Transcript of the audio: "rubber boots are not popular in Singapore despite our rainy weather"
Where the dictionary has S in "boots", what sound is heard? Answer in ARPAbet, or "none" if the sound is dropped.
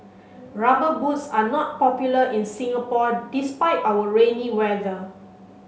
S